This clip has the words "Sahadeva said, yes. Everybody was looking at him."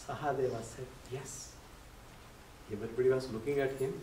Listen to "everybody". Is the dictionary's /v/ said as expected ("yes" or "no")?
no